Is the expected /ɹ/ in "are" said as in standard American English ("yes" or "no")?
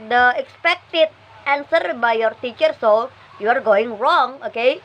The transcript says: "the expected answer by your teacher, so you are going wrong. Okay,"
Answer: yes